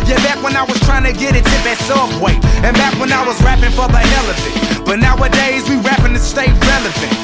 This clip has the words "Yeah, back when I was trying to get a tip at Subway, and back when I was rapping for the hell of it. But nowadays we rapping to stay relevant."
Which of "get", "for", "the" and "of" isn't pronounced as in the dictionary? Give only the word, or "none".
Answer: of